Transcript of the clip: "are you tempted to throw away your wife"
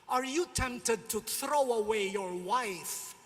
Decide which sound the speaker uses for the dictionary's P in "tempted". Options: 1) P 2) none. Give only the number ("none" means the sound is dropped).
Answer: 1